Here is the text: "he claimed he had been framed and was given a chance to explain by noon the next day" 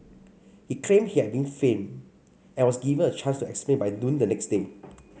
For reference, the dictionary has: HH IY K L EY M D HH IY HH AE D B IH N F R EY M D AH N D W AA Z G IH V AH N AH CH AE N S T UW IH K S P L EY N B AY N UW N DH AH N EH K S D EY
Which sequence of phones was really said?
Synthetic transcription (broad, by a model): HH IY K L EY M HH IY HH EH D B IH N F EY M AH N W AA S G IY V AH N AH CH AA N S T UW IH K S P L EY N B AY N UW N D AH N EH K S D EY